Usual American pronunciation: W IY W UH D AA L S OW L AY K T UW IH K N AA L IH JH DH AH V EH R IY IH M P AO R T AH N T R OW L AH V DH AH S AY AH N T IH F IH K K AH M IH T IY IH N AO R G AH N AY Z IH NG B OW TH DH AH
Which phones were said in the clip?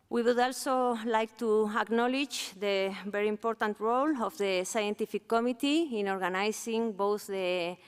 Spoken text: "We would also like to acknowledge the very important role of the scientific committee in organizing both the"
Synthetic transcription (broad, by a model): W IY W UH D AA L S OW L AY K T UW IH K N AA L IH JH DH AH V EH R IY IH M P AO R T AH N T R OW L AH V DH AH S AY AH N T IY F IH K K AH M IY T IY IH N AO R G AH N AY S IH NG B OW TH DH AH